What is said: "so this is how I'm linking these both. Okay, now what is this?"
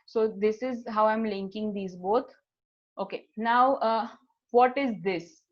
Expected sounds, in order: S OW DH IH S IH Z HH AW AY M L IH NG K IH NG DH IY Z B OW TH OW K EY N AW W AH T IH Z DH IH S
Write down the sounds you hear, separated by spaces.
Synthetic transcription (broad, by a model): S OW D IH S IH Z HH AW AY M L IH NG K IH NG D IY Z B OW T OW K EY N AW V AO T IH Z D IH S